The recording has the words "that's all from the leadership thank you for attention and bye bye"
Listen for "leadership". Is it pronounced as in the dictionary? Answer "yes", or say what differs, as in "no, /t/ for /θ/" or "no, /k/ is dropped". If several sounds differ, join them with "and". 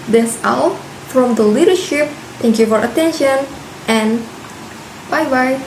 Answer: yes